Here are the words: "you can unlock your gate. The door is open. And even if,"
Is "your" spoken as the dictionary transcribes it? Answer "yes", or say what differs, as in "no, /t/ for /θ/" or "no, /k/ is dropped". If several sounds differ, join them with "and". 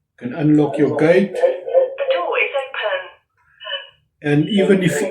no, /w/ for /ɹ/